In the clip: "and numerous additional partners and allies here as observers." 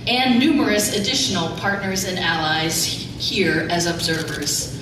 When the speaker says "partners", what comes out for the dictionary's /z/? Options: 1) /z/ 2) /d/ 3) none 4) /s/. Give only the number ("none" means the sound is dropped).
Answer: 1